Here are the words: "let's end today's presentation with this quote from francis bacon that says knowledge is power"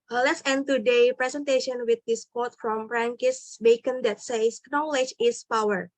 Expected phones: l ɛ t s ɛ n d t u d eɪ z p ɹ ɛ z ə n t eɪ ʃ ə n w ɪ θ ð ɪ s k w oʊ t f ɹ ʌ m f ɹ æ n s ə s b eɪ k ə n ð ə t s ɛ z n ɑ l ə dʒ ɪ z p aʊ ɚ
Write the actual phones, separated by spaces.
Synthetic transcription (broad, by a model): l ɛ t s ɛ n t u d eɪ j p ɹ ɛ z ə n t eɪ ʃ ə n w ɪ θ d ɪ s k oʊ t f ɹ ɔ m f ɹ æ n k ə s b eɪ k ə n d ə t s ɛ s n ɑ l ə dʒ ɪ s p aʊ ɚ